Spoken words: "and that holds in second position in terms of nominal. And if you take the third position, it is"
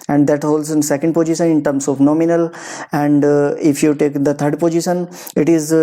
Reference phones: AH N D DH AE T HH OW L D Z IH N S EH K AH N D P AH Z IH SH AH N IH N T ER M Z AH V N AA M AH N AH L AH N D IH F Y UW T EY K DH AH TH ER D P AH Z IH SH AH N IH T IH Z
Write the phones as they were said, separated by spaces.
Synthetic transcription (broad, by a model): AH N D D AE T HH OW L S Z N S EH K AH N D P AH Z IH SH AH N IH N T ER M S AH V N AA M AH N AH L AH N D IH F Y UW T EY K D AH T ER D P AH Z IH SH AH N IH T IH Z